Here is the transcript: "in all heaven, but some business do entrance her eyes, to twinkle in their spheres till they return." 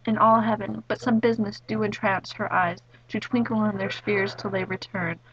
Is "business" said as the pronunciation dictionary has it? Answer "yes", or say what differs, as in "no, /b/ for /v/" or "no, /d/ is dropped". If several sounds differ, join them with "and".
yes